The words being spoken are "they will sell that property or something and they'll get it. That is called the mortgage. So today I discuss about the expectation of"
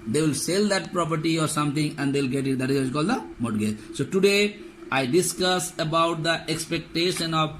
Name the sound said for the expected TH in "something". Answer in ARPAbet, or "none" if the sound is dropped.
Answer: T